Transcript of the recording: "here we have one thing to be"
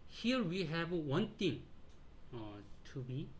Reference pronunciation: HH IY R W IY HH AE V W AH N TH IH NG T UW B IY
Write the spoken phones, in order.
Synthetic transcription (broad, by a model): HH IY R W IY HH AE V W AH N T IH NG T UW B IY